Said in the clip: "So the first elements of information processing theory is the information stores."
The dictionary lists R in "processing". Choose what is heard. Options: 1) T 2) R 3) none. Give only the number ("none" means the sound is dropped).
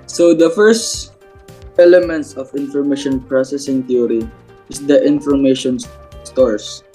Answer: 2